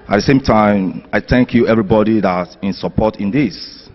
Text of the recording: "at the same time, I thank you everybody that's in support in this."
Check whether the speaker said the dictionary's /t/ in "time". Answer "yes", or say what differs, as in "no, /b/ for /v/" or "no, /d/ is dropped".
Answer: yes